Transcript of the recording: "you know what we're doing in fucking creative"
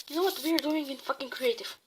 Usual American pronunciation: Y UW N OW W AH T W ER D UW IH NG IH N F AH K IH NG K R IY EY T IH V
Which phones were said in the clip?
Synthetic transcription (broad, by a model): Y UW N OW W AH T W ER D UW IH NG IH N F AH K IH NG K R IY EY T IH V